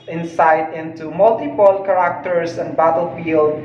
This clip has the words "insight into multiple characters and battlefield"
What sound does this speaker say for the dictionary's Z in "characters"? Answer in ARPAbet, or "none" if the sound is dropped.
S